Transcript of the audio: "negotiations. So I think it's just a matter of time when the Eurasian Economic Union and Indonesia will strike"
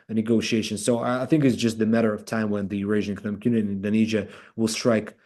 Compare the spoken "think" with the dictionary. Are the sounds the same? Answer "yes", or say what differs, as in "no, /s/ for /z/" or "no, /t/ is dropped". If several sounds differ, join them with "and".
yes